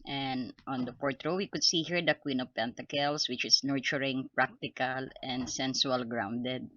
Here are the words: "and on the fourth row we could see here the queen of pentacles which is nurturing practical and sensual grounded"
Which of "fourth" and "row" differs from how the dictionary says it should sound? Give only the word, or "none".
fourth